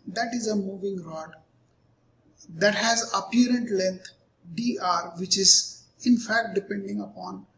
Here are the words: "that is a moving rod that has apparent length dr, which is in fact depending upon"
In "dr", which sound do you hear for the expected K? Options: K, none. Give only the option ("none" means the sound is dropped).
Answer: none